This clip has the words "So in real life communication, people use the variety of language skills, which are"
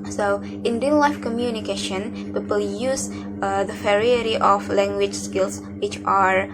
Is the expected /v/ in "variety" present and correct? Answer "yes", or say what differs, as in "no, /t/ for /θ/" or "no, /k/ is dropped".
no, /f/ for /v/